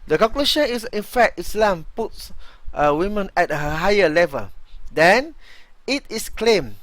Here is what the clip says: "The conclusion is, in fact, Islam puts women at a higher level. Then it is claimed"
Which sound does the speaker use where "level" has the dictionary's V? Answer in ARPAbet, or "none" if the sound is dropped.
V